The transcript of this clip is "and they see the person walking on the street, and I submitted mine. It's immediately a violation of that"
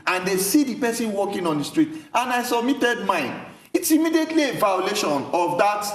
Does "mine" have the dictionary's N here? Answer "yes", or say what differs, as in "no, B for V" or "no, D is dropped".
yes